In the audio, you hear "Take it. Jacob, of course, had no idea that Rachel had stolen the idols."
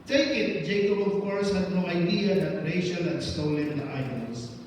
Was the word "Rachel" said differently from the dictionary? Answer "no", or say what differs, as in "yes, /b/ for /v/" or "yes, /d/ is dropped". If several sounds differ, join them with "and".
yes, /ʃ/ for /tʃ/